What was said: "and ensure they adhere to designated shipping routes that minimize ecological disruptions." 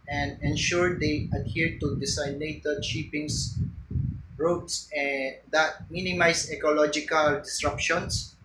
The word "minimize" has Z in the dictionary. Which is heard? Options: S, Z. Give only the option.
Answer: S